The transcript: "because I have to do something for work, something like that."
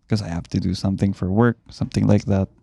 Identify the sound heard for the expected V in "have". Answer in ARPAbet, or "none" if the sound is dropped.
F